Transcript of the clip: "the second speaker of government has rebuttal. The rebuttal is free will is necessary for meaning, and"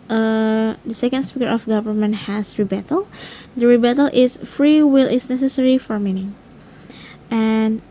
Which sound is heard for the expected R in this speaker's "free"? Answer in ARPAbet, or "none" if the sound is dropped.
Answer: R